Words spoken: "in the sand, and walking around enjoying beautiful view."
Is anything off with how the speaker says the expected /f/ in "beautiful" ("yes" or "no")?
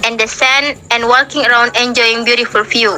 no